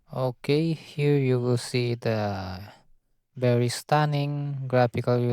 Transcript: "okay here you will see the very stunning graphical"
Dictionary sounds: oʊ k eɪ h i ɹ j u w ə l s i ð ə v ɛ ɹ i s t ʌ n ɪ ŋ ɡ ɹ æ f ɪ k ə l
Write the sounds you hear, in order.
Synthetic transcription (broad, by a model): oʊ k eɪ h i ɹ j u w ə l s i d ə b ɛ ɹ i s t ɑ n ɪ ŋ ɡ ɹ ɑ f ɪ k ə l